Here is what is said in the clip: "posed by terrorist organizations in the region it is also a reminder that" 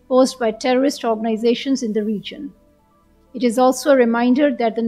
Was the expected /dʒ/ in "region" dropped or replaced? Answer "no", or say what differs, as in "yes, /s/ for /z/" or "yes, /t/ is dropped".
no